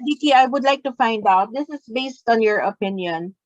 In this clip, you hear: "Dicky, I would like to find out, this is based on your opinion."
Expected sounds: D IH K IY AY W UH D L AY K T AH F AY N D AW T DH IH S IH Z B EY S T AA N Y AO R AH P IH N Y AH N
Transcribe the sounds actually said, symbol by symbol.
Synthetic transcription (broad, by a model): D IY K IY AY W UH D L AY K T AH F AY N D AW T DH IH S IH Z B EY S T AA N Y AO R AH P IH N Y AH N